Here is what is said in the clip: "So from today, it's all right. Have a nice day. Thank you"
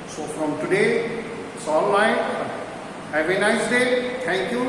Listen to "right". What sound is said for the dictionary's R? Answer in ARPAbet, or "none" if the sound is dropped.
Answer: L